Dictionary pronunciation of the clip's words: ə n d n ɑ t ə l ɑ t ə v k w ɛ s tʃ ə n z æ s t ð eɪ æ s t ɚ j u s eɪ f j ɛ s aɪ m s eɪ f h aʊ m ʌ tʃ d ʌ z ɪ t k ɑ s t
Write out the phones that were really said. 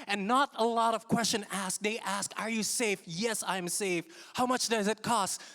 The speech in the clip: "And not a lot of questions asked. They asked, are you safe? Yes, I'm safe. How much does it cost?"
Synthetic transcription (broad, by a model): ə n n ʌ t ə l ɑ t ə v k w ɛ s tʃ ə n æ s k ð eɪ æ s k ɚ j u s eɪ f j ɛ s aɪ m s eɪ f h aʊ m ʌ tʃ d ʌ z ɪ t k ɑ s t